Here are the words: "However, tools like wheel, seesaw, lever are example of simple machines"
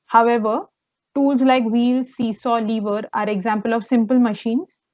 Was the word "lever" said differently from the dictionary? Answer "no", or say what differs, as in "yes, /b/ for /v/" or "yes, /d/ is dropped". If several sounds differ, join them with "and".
no